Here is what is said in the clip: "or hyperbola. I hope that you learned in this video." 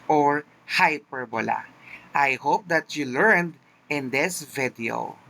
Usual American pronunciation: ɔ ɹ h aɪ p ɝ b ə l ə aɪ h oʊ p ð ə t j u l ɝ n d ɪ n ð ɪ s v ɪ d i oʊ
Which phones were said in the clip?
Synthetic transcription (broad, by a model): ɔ ɹ h aɪ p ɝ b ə l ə aɪ h oʊ p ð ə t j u l ɝ n d ɪ n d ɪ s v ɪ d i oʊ